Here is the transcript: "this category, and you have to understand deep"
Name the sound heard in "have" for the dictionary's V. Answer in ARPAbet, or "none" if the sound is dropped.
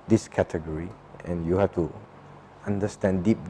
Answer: F